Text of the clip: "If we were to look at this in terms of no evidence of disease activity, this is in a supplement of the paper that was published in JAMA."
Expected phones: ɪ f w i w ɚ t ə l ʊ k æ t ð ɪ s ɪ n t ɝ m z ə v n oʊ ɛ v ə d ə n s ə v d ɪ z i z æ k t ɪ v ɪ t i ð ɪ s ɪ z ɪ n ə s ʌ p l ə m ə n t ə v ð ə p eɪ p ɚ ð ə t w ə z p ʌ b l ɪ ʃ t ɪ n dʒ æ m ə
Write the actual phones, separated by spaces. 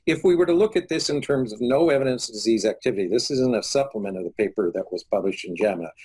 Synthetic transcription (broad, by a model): ɪ f w i w ɚ t ə l ʊ k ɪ t ð ɪ s ɪ n t ɝ m z ə v n oʊ ɛ v ə d ə n s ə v d ɪ z i z æ k t ɪ v ɪ t i ð ɪ s ɪ z ɪ n ə s ʌ p l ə m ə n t ə v ð ə p eɪ p ɚ ð ə t w ə z p ʌ b l ɪ ʃ t ɪ n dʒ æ m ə